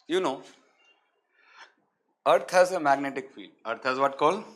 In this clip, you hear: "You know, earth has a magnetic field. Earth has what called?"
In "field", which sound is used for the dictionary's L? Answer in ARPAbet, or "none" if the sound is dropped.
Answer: none